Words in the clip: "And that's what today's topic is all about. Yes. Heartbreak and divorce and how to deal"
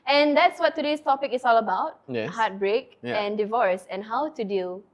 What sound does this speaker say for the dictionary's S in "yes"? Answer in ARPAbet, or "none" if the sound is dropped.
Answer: none